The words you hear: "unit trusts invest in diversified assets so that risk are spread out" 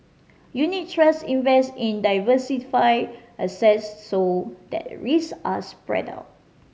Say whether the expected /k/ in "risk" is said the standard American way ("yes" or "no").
no